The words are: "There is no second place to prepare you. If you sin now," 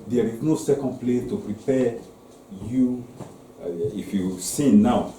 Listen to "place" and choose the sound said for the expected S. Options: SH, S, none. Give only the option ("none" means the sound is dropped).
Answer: none